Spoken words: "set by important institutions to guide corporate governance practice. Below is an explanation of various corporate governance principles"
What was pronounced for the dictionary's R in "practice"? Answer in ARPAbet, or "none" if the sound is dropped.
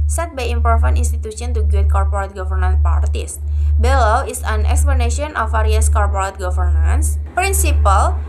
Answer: none